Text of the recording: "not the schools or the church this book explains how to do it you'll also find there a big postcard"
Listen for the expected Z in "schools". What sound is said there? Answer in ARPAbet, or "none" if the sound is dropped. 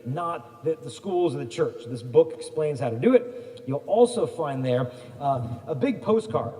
Z